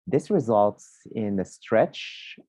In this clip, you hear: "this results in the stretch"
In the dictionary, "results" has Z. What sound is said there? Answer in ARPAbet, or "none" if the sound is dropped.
Z